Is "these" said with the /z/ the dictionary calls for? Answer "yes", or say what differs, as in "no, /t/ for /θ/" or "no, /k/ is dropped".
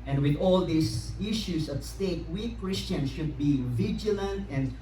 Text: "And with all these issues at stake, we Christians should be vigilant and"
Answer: no, /s/ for /z/